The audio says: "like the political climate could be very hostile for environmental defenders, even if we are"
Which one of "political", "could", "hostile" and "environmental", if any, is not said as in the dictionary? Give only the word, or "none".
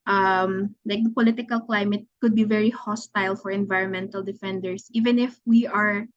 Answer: none